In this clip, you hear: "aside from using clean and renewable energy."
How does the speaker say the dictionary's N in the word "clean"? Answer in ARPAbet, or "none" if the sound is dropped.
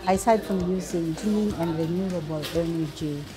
none